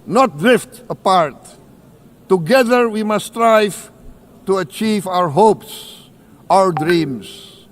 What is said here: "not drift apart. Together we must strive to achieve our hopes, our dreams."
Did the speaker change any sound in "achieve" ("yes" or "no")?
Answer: no